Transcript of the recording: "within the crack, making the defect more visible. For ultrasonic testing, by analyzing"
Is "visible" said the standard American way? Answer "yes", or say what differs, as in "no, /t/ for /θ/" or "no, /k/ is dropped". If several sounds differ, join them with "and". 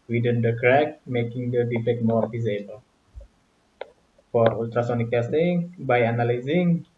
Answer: no, /f/ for /v/